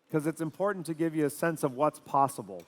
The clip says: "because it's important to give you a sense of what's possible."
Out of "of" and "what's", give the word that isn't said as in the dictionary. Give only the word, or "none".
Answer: none